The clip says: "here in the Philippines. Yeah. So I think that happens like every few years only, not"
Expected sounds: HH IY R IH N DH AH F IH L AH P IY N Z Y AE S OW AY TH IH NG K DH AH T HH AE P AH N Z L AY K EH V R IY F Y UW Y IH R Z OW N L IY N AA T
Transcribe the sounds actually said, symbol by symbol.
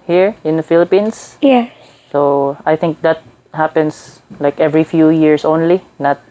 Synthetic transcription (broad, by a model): HH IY R IH N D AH F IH L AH P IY N S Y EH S OW AY TH IH NG K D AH T HH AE P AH N S L AY K EH V R IY F Y UW Y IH R S OW N L IY N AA T